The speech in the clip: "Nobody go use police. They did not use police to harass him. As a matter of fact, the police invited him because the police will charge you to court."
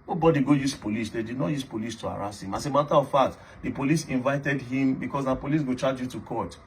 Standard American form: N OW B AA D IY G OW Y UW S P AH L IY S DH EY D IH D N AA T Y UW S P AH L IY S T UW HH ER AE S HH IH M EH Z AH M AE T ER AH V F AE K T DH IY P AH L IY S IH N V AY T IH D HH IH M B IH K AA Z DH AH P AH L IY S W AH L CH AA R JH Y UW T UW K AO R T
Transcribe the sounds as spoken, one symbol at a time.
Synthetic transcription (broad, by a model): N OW B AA D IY G OW Y UW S P AH L IY S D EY D IH D N AA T Y UW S P AH L IY S T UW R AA S HH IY M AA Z AH M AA T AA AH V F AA T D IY P AH L IY S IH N V AY T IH D HH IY M B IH K AA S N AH P AH L IY S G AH CH AA JH Y UW T UW K AO T